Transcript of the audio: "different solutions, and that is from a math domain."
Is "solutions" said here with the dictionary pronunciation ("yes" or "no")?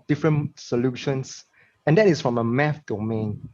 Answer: no